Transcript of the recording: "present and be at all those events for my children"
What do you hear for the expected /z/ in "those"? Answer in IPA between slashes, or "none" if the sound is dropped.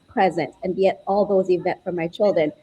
/z/